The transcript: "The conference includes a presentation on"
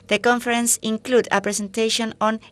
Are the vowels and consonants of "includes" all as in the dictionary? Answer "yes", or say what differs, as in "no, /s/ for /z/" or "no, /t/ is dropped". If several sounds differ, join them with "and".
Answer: no, /z/ is dropped